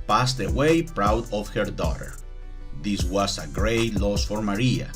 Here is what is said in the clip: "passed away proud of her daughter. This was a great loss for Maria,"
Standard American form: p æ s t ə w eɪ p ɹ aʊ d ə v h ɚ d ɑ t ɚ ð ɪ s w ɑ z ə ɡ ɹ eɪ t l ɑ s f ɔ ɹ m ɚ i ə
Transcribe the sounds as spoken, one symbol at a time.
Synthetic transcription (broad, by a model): p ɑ s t ə w eɪ p ɹ aʊ d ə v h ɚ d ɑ t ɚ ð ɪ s w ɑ s ə ɡ ɹ eɪ t l ɑ s f ɔ ɹ m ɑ i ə